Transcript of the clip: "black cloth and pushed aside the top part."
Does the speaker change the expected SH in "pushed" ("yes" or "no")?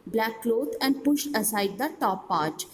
no